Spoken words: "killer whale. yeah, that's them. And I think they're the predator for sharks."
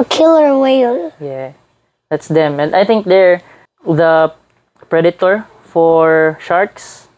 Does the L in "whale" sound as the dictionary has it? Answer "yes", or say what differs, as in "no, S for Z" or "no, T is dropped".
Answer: no, N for L